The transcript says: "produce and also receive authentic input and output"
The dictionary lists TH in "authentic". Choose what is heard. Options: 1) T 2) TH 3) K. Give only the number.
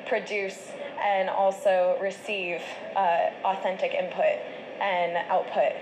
2